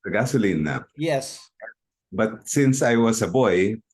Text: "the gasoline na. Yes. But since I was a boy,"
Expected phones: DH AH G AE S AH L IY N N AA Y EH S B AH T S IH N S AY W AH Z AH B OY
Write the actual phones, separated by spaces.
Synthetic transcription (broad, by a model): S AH G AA S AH L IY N N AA Y EH S B AH T S IH N S AY W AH S AH B OY